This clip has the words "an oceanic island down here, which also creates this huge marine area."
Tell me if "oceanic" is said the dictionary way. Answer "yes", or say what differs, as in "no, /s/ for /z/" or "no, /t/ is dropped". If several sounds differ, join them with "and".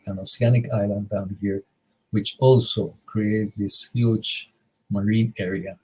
no, /s/ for /ʃ/